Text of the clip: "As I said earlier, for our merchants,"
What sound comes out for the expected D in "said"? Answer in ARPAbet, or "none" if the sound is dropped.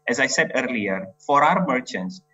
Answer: D